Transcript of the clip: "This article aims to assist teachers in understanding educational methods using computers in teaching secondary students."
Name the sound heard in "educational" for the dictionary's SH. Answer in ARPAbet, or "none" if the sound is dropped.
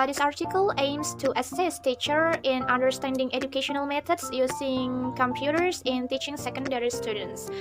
SH